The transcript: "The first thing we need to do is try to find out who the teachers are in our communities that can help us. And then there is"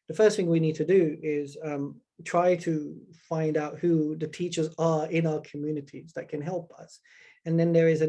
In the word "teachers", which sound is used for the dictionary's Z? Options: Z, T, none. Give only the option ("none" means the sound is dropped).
Z